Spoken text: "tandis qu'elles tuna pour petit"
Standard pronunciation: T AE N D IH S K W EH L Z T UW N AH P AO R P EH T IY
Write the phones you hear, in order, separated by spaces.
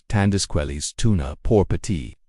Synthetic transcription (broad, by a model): T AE N D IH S K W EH L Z T UW N AH P AO R P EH T IY